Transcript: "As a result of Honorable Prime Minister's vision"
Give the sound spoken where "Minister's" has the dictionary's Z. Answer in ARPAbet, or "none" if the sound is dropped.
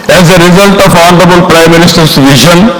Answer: S